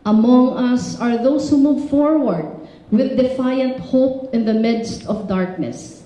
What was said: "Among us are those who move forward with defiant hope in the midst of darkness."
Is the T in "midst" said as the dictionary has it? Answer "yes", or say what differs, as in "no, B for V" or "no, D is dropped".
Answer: yes